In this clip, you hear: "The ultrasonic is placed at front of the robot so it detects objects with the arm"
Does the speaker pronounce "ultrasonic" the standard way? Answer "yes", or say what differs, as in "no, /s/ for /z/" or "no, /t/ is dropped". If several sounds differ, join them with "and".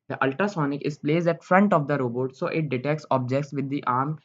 no, /ɹ/ is dropped